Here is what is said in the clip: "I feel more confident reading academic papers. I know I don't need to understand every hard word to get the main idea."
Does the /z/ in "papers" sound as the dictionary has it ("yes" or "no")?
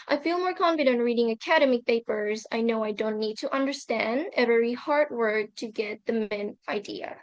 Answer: yes